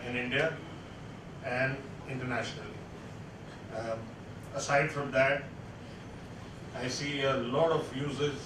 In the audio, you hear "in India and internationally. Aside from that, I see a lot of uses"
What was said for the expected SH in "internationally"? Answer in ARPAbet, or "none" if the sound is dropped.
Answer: SH